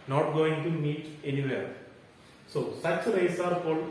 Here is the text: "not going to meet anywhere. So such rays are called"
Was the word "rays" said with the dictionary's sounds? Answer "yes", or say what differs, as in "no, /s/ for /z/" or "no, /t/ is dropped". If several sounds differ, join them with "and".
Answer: no, /s/ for /z/